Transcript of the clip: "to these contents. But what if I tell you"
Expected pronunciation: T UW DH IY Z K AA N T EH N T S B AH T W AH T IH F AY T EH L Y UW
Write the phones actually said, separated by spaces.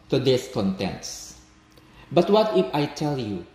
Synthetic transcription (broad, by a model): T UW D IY S K AA N T EH N T S B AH T W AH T IH F AY T EH L Y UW